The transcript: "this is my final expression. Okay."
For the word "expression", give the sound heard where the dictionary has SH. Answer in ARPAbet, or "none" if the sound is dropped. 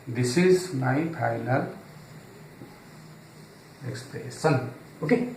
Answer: S